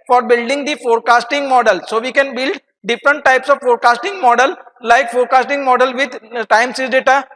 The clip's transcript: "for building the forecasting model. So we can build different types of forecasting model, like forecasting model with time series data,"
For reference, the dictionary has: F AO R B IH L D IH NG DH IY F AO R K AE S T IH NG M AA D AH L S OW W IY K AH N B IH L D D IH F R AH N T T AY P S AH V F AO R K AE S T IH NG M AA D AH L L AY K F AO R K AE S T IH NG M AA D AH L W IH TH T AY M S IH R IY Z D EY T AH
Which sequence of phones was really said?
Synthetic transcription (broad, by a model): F AO R B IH L D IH NG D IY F AO R K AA S T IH NG M AA D AH L S OW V IY K AH N B IH L D D IH F R AH N T T AY P S AH V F AO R K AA S T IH NG M AA D AH L L AY K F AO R K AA S T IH NG M AA D AH L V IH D T AY M S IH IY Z D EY T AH